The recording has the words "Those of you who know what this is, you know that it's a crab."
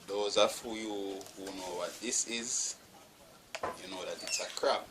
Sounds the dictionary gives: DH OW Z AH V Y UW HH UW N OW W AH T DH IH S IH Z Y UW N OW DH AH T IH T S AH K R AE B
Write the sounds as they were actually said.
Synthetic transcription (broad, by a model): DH OW Z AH F Y UW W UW N OW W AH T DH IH S IH Z Y UW N OW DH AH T IH T S AH K R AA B